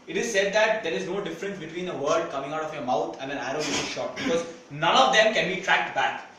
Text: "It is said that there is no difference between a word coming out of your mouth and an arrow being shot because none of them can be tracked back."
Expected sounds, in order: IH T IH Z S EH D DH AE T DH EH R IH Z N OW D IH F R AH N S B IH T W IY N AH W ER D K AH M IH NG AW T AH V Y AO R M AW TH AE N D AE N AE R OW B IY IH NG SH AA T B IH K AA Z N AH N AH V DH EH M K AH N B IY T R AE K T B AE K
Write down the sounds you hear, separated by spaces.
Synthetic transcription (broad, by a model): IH T IH Z S EH D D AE T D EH R IH Z N OW D IH F R AH N S B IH T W IY N AH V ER D K AH M IH NG AW T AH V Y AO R M AW T AE N D AE N AE R OW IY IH SH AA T B IH K AA Z N AH N AH V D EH M K AH N B IY T R AE K T B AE K